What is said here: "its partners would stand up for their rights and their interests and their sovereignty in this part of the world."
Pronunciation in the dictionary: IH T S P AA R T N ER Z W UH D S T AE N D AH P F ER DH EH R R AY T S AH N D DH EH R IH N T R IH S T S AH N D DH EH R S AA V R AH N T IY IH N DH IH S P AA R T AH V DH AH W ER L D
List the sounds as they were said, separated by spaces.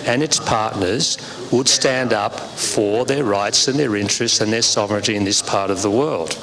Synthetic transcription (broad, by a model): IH T S P AA R T N ER Z W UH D S T AE N D AH P F ER DH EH R R AY T S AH N DH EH R IH N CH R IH S T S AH N DH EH R S AA V R AH N T IY IH N DH IH S P AA R T AH V DH AH W ER L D